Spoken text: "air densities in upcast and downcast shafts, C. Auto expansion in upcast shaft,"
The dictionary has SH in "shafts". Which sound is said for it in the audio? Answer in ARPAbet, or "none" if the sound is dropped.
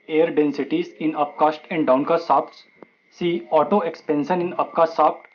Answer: S